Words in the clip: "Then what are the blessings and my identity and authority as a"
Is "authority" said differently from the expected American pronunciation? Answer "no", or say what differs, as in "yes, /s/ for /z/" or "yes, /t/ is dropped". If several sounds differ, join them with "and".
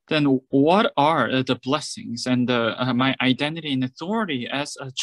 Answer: no